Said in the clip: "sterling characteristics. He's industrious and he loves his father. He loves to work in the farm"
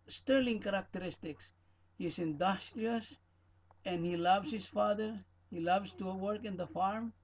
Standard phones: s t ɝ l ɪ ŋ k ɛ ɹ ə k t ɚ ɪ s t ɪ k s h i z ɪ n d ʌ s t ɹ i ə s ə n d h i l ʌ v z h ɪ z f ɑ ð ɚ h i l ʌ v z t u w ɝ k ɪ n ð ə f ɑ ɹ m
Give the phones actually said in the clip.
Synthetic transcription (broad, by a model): s t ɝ l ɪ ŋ k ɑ ɹ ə k t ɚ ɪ s t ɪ k s h i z ɪ n d ʌ s t ɹ i ə s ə n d h i l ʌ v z h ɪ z f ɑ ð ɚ h i l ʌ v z t u w ɝ k ɪ n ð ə f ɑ ɹ m